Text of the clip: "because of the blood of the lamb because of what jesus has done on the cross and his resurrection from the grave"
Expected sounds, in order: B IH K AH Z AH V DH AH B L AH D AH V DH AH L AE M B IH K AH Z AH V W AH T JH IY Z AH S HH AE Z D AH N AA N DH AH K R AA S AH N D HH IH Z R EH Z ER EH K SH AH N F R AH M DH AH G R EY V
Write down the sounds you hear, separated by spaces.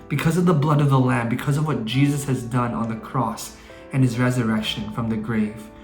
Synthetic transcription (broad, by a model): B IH K AH Z AH V DH AH B L AH D AH V DH AH L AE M B IH K AH Z AH V W AH T JH IY Z AH S HH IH Z D AH N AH N DH AH K R AA S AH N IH Z R EH Z ER EH K SH AH N F R AH M DH AH G R EY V